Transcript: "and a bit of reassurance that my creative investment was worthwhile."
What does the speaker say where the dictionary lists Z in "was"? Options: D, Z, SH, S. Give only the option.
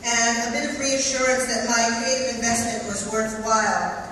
Z